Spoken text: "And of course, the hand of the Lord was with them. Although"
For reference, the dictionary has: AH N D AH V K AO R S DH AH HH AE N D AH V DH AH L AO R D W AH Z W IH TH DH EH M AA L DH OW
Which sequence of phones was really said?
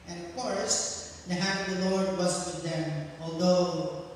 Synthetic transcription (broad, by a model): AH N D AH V K AO R S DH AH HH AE D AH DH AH L AO R D W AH S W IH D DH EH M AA L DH OW